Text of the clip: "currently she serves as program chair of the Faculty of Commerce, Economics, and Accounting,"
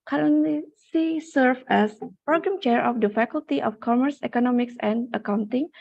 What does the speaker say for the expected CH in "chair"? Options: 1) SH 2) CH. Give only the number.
2